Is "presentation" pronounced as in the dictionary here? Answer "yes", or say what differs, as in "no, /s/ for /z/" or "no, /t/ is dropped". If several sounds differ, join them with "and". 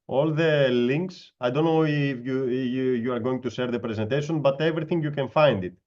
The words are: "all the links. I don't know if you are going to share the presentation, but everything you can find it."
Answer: yes